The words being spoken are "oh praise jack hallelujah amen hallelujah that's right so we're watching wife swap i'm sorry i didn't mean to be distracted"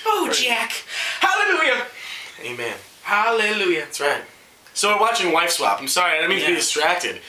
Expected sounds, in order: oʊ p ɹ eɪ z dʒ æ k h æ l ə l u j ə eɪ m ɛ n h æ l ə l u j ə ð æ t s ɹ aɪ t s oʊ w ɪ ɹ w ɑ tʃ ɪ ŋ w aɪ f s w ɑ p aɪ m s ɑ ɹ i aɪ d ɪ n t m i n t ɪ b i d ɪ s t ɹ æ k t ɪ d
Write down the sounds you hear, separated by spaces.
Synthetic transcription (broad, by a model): oʊ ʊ dʒ æ k h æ l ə l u j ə eɪ m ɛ n h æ l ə l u j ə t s ɹ aɪ t s oʊ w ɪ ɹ w ɑ tʃ ɪ ŋ w aɪ f s w ɑ p aɪ m s ɑ ɹ i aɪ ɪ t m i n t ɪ b i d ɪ s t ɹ æ k t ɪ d